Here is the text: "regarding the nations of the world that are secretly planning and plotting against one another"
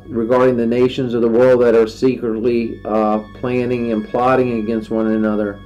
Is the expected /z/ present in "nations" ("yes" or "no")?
yes